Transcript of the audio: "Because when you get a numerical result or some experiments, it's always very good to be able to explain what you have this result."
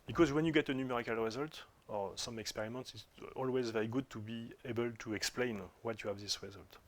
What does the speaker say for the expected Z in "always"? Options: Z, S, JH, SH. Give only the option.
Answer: Z